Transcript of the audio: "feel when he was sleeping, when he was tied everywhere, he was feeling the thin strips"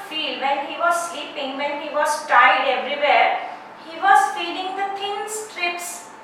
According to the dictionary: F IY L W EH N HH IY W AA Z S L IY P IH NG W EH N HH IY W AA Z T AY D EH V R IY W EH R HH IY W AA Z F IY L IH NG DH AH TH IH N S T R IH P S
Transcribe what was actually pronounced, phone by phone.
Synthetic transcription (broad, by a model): F IY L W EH N HH IY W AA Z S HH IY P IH NG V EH N HH IY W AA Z T AY D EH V R IY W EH R HH IY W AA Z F IY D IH NG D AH T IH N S T R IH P S